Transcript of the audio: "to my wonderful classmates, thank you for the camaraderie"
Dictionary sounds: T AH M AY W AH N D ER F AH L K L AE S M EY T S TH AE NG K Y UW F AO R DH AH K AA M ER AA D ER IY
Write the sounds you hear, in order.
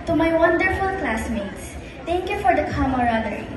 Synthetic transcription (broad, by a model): T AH M AY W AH N D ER F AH L K L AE S M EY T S T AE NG K Y UW F AO R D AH K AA M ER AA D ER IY